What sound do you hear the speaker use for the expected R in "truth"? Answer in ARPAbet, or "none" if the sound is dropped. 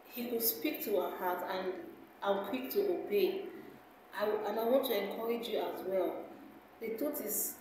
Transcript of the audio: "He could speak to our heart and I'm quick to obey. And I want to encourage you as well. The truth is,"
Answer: none